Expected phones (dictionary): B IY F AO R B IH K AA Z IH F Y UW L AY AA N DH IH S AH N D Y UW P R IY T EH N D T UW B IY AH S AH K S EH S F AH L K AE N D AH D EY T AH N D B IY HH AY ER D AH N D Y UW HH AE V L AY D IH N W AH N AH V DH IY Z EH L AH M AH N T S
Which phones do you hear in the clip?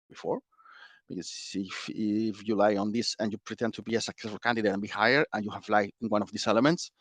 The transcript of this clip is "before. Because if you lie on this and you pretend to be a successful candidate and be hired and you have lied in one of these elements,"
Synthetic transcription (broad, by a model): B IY F AO R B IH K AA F IH F Y UW L AY AA N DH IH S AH N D Y UW P R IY T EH N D T UW B IY AH S AH K S EH S F AH L K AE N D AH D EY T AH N B IY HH AY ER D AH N Y UW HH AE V L AY IH N W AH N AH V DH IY S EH L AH M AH N T S